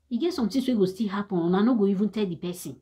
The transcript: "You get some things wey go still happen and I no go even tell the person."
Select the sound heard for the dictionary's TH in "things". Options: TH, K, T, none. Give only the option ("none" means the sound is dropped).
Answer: T